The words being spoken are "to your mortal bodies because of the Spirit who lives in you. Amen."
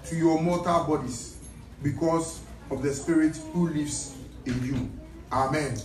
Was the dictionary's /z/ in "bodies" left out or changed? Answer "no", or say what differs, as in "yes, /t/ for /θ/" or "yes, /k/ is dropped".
yes, /s/ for /z/